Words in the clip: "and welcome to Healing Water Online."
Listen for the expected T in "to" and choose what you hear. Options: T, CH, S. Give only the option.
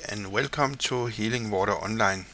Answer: S